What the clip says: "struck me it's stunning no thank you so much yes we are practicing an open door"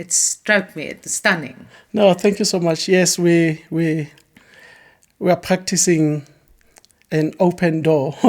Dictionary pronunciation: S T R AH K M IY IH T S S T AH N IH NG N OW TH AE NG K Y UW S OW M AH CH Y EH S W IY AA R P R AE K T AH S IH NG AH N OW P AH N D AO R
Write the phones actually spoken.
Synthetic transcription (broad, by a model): S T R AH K M IY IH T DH S T AH N IH NG N OW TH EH NG K Y UW S OW M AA CH Y EH S W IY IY W P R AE K T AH S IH NG AH N OW P AH N D AO